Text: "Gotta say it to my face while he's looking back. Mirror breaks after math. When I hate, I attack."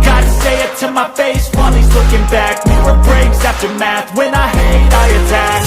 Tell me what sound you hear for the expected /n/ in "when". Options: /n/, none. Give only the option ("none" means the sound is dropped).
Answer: /n/